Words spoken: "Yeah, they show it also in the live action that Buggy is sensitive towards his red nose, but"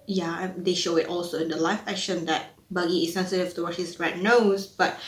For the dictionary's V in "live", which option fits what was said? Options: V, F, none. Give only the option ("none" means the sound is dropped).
F